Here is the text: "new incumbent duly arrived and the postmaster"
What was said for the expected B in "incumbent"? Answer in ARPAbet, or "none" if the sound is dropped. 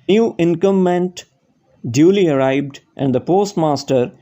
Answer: none